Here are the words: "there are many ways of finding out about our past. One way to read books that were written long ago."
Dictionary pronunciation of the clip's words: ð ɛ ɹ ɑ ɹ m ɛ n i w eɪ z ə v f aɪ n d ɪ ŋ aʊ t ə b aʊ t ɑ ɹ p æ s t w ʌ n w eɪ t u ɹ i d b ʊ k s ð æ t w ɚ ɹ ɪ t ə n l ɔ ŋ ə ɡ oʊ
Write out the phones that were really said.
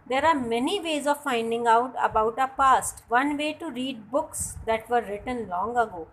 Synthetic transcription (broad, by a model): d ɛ ɹ ɑ ɹ m ɛ n i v eɪ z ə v f aɪ n d ɪ ŋ aʊ t ə b aʊ t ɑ p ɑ s t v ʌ n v eɪ t u ɹ i d b ʊ k s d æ t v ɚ ɹ ɪ t ə n l ɔ ŋ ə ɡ oʊ